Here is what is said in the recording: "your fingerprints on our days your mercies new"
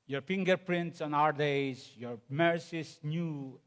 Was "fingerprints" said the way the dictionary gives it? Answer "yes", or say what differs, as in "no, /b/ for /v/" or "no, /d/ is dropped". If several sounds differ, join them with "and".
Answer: yes